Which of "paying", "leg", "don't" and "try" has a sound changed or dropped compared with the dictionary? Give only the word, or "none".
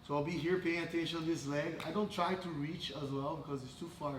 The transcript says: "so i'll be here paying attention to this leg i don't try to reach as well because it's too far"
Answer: none